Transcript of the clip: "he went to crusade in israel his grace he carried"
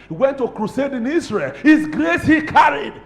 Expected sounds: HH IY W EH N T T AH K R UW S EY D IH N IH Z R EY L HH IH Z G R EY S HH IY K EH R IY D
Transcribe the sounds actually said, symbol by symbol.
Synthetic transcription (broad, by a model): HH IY W EH N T T AH K R UW S EY D IH N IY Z R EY L HH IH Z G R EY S HH IY K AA R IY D